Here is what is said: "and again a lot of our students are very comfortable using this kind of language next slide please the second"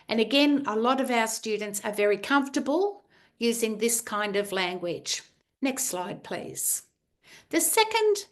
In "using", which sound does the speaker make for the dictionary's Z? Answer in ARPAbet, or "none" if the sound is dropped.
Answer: Z